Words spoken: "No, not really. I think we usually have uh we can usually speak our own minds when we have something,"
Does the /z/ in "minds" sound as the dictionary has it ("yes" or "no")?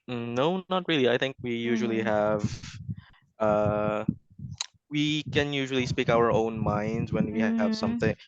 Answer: yes